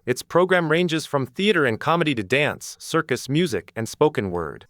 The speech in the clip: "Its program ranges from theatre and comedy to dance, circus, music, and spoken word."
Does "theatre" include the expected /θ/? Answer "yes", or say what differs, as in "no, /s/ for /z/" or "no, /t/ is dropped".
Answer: yes